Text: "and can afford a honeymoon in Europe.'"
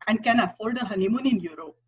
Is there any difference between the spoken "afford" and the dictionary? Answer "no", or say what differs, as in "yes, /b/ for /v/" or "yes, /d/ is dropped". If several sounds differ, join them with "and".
yes, /l/ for /ɹ/